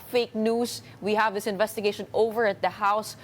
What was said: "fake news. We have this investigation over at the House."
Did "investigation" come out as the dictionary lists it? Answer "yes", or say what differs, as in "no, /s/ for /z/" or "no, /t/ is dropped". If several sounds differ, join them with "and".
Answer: yes